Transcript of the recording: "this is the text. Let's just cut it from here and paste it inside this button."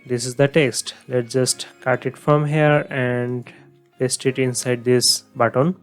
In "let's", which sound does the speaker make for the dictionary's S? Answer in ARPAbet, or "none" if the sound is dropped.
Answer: none